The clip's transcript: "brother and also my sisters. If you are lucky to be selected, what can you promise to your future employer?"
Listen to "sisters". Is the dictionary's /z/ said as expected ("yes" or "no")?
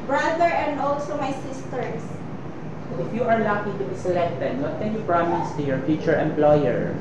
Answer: no